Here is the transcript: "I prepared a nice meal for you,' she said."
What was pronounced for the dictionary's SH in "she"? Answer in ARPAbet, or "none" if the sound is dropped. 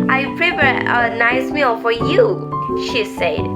SH